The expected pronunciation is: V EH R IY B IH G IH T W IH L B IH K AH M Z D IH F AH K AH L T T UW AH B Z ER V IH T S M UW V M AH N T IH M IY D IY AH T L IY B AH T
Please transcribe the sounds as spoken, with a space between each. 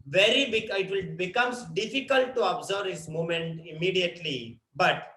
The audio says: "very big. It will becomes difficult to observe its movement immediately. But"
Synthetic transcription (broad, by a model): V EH R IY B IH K IH T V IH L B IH K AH M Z D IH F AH K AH L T T UW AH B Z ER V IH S M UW M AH N T IH M IY D IY AH T L IY B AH T